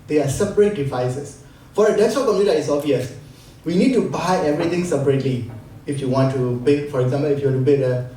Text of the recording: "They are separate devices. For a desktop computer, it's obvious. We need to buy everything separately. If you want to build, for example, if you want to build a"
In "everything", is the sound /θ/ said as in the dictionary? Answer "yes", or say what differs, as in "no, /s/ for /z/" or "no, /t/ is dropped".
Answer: no, /t/ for /θ/